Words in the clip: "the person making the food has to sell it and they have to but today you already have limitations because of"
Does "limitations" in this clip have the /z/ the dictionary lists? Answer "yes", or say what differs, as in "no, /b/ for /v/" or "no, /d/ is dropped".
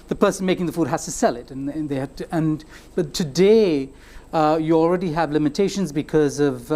yes